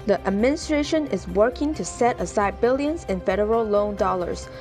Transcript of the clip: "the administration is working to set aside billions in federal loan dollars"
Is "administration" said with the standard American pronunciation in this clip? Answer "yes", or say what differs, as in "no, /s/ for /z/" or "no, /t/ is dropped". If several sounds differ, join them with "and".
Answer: yes